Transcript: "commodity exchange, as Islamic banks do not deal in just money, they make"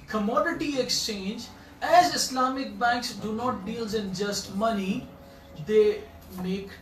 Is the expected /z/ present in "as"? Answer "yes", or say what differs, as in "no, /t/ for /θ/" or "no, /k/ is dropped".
yes